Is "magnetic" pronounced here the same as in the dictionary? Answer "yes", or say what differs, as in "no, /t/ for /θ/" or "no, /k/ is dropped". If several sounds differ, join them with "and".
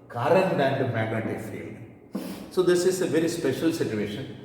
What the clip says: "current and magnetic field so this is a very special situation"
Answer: no, /n/ is dropped